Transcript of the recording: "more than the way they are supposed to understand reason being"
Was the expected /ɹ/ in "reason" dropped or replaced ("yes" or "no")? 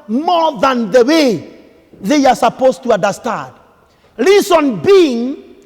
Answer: yes